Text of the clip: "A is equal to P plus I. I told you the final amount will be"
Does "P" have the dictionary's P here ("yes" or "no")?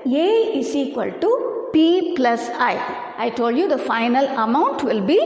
yes